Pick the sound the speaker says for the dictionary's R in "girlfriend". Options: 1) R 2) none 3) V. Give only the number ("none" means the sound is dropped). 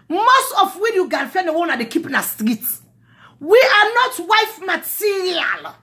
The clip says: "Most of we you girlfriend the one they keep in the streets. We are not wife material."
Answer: 2